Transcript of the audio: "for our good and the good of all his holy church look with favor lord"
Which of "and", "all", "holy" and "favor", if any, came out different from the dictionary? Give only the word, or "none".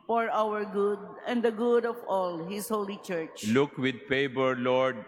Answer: favor